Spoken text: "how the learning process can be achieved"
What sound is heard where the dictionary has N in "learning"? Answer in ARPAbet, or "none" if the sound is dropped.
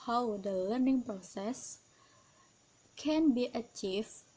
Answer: N